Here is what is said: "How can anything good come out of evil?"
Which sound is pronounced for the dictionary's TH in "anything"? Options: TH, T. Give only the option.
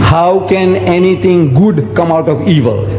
T